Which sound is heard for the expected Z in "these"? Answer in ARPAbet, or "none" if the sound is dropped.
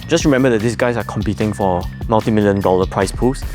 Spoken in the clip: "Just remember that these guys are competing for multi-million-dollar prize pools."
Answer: S